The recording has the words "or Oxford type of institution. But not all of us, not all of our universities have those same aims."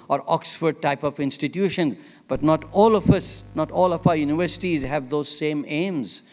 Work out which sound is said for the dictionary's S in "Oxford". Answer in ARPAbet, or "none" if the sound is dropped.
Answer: S